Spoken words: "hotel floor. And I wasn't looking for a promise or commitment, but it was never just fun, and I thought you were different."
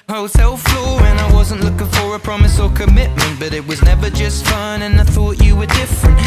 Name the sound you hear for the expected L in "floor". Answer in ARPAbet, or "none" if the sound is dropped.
L